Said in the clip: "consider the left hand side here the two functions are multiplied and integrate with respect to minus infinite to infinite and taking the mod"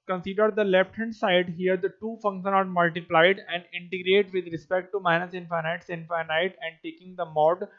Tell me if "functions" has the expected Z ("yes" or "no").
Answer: no